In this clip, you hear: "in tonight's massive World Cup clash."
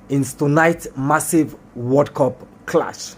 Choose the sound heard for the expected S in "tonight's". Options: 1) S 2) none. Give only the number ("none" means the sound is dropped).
2